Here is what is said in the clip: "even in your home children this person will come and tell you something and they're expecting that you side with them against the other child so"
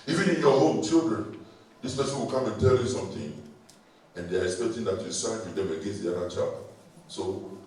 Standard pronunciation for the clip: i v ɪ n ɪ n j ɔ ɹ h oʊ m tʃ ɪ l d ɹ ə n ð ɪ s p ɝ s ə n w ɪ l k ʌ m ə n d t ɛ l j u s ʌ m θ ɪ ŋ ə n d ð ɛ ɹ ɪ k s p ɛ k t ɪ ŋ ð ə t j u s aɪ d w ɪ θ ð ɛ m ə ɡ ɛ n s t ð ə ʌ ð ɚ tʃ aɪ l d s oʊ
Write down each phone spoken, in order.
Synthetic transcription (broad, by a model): i v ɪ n ɪ n j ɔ h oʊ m tʃ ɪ l d ɹ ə n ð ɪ s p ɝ s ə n w ɪ l k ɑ ə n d t ɛ l j u s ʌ m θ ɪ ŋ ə n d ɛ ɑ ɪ k s p ɛ k t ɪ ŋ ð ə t j u s aɪ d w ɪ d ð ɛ m ə ɡ ɛ n s t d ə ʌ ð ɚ tʃ aɪ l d s oʊ